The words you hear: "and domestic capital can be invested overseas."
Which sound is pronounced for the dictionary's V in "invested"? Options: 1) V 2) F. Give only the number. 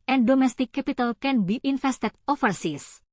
2